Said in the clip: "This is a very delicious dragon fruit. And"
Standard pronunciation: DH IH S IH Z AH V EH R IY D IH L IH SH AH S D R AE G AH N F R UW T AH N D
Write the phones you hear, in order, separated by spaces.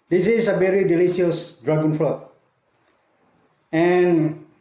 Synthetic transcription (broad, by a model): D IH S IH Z AH V EH R IY D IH L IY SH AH S D R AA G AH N F L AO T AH N